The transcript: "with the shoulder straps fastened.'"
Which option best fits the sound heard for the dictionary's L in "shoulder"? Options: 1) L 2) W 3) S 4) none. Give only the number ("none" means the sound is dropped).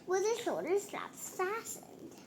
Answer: 4